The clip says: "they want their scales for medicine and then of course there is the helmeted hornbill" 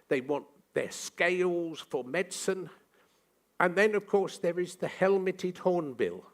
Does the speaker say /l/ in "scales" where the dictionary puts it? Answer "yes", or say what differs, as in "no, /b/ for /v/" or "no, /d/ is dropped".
yes